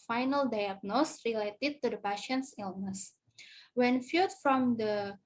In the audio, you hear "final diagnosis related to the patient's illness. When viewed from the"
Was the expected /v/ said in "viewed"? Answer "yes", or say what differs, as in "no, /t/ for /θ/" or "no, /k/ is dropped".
no, /f/ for /v/